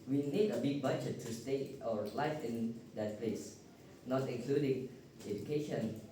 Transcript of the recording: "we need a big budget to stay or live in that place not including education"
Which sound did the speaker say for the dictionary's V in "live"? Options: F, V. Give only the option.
F